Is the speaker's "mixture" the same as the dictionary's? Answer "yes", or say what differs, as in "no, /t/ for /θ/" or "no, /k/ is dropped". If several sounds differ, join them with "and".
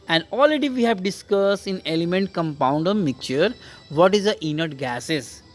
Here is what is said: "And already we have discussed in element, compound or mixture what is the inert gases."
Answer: no, /s/ is dropped